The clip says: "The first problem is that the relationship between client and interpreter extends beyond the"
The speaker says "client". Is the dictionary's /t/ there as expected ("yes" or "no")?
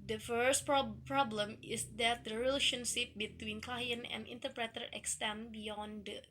no